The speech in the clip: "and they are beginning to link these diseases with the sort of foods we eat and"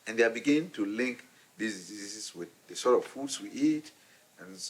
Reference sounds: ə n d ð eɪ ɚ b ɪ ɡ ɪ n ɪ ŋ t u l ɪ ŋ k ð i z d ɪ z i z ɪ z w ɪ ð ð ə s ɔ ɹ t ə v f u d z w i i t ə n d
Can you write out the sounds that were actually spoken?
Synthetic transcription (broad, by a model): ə n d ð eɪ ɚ b ɪ ɡ ɪ n ɪ ŋ t u l ɪ ŋ k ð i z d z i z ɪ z w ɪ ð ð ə s ɔ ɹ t ə v f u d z w i i t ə n